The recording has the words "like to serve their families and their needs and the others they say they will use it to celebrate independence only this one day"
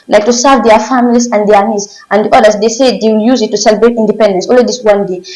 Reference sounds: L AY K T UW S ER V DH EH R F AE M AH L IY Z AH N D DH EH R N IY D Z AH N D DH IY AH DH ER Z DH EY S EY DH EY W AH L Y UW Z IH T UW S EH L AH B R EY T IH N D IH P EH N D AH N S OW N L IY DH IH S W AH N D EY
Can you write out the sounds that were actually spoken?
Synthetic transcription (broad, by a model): L AY K T UW S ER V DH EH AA F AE M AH L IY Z AH N D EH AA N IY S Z AH N D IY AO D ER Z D EY S EY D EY W AH L Y UW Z IH T UW S EH L AH B R EY T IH N D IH P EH N D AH N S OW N L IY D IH S W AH N D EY